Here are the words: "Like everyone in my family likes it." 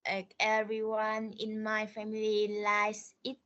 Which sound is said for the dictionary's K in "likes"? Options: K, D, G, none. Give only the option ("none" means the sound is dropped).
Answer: none